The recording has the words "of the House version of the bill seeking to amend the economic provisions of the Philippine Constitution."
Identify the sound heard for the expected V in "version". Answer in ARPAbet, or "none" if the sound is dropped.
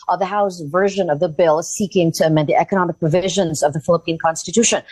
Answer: V